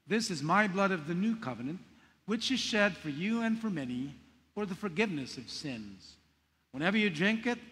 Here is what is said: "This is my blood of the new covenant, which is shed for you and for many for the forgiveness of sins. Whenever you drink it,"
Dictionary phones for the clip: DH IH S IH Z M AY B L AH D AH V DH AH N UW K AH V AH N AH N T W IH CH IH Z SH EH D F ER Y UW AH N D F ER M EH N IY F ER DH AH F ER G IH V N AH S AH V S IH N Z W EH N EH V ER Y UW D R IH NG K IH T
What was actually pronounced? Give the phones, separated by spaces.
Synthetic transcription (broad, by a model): DH IH S IH Z M AY B L AH D AH V DH AH N UW K AH V AH N AH N T W IH CH IH Z SH EH D F ER Y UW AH N F ER M EH N IY F ER DH AH F ER G IH V N AH S AH V S IH N Z W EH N EH V ER Y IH D R IH NG K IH T